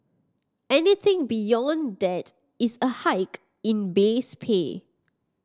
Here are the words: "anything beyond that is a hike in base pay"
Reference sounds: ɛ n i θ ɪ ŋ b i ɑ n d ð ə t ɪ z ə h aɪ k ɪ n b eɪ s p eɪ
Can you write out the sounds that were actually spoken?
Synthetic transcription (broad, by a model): ɛ n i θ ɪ ŋ b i ɑ n d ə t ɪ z ə h aɪ k ɪ n b eɪ s p eɪ